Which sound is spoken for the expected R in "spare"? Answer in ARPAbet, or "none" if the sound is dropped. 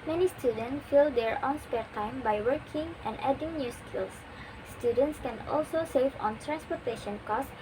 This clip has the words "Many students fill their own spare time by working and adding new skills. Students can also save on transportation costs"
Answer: R